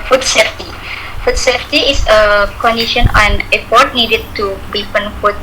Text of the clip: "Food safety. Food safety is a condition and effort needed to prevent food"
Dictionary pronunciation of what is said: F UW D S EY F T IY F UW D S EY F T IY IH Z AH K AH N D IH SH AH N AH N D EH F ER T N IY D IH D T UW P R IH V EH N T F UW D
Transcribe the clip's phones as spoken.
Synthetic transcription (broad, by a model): F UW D S EY F T IY F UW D S EY F T IY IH S AH K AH N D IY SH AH N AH N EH P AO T N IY D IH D T UW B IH F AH N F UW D